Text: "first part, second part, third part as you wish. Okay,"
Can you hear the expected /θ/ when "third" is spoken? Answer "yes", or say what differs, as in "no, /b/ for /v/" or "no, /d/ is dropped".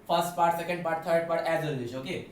no, /t/ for /θ/